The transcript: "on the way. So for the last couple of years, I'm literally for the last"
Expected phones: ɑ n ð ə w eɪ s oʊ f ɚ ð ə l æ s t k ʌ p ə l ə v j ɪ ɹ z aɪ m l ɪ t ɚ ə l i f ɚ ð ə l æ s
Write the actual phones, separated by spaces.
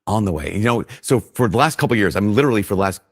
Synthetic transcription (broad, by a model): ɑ n ð ə w eɪ s oʊ f ɚ ð ə l æ s t k ʌ p l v j ɪ ɹ z aɪ m l ɪ t ɚ l i f ɚ ð ə l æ s